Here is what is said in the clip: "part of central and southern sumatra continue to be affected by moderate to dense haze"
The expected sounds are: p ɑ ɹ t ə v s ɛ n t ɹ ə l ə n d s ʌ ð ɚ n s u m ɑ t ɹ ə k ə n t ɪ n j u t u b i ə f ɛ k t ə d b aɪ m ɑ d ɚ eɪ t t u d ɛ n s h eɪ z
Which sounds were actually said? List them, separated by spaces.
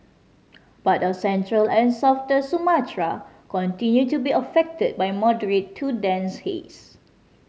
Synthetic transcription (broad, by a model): b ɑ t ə s ɛ n t ɹ ə l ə n s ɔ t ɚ s u m ɑ t ɹ ə k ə n t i n j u t u b i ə f ɛ k t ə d b aɪ m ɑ d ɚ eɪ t t u d ɛ n s h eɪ s